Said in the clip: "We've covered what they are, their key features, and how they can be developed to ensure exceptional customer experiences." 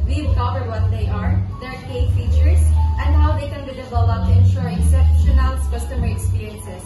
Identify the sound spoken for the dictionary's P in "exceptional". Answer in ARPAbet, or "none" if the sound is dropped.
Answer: none